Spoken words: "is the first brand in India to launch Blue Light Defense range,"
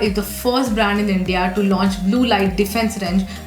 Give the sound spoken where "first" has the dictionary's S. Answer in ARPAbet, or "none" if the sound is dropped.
S